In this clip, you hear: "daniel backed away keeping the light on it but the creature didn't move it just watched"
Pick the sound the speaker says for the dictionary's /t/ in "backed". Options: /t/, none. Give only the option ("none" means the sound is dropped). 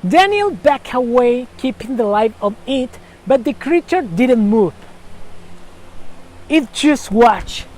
none